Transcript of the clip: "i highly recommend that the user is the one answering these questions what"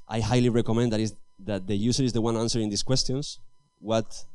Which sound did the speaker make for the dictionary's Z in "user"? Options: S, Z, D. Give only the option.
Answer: S